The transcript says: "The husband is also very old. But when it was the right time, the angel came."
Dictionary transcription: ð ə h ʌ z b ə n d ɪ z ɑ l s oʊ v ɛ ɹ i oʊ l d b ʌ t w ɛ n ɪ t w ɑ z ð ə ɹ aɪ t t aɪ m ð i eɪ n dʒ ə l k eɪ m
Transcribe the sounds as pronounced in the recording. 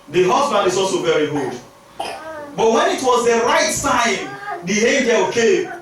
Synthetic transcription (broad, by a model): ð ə h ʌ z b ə n d ɪ z ɑ l s oʊ v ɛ ɹ i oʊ d b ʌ t w ɛ n ɪ t w ɑ z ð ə ɹ aɪ t s aɪ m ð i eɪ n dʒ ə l k eɪ m